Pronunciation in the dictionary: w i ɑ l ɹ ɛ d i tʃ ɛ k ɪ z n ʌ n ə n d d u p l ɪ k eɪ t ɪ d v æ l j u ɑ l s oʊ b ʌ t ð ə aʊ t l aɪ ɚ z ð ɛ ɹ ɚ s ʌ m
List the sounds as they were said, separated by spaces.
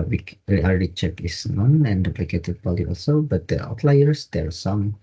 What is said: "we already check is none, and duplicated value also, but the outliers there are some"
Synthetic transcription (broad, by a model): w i ɑ l ɹ ɛ d i tʃ ɛ k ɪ s n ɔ n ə n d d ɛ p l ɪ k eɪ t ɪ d b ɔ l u ɑ l s oʊ b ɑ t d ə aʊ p l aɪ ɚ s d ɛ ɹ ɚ s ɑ m